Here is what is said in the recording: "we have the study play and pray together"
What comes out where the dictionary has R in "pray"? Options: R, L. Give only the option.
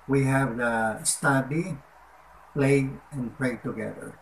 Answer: L